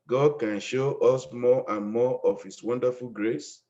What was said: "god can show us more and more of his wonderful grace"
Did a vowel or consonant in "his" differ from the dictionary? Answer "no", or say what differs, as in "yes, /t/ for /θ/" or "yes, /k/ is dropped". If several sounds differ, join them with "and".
yes, /s/ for /z/